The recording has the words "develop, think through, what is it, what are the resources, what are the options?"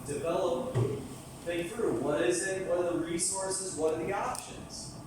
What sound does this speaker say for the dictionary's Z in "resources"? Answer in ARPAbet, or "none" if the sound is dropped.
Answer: Z